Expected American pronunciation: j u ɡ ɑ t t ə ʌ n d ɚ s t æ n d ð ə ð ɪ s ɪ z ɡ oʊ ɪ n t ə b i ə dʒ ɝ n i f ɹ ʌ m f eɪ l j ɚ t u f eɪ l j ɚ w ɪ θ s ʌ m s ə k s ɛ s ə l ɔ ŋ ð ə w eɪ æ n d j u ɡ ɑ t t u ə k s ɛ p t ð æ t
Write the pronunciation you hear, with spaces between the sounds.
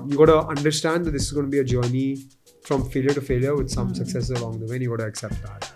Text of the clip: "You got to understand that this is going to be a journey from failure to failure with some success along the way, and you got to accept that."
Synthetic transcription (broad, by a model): j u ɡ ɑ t t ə ʌ n d ɚ s t æ n d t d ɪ s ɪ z ɡ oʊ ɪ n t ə b i ə dʒ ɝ n i f ɹ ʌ m f eɪ l j ɚ t u f eɪ l j ɚ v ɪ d s ʌ m s ə k s ɛ s ə l ɔ ŋ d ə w eɪ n j u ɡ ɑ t t u ə k s ɛ p t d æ t